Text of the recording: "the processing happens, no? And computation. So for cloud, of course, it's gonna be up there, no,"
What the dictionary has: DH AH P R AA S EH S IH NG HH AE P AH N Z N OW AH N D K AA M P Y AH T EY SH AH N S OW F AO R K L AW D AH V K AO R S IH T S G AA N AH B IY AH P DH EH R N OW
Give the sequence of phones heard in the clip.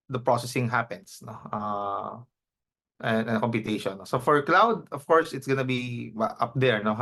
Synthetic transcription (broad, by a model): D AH P R AA S EH S IH NG HH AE P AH N S N OW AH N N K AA M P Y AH T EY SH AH N S OW F AO R K L AW D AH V K AO R S IH T S G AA N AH B IY AH P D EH R N OW